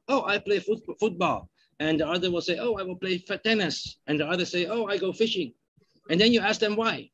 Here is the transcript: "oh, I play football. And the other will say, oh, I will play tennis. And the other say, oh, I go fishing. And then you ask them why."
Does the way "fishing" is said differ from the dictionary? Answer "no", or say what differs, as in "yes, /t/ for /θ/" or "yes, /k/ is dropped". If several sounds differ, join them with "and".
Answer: no